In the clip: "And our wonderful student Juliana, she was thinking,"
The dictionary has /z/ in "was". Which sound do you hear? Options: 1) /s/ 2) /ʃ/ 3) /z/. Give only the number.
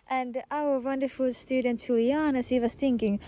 1